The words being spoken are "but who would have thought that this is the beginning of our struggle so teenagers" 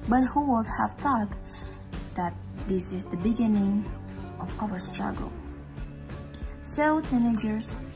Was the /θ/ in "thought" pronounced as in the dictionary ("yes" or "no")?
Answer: yes